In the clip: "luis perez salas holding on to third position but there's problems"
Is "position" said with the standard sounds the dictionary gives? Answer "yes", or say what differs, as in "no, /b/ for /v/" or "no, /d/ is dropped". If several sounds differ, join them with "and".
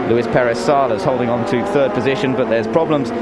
yes